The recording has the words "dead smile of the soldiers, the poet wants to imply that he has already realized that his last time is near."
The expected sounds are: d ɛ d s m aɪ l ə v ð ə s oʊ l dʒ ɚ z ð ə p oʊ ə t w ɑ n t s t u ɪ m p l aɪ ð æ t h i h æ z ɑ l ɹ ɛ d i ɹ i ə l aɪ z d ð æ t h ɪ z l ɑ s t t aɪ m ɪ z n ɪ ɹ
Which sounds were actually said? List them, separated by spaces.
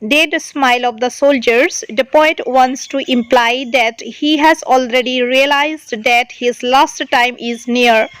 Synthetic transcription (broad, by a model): d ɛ d s m aɪ l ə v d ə s oʊ l dʒ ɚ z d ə p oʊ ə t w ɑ n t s t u ɪ m p l aɪ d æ t h i h æ z ɑ l ɹ ɛ d i ɹ i ə l aɪ z d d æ t h ɪ z l ɑ s t t aɪ m ɪ z n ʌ ɹ